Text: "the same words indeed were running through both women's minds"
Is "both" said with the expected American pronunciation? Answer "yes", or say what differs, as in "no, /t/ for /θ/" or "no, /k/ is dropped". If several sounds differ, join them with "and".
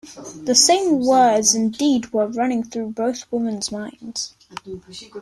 yes